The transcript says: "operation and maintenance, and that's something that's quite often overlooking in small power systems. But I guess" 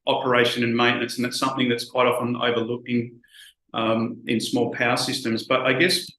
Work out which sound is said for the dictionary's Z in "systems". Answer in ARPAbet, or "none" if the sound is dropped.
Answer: Z